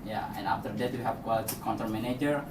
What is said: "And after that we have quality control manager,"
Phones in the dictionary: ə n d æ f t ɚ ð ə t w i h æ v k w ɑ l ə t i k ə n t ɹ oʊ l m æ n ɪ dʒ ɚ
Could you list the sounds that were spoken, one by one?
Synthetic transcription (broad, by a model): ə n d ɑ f t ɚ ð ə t w i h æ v k w ɑ l ə t i k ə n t oʊ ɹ m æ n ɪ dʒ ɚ